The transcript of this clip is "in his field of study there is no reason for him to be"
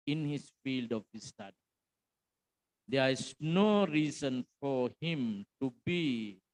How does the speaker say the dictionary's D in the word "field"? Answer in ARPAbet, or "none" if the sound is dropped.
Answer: D